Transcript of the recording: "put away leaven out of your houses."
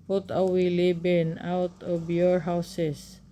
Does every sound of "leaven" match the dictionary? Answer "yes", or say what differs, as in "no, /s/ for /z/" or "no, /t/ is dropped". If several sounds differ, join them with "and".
no, /b/ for /v/